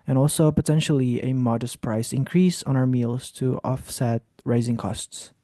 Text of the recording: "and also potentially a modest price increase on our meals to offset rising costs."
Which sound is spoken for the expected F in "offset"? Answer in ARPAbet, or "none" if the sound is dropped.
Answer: F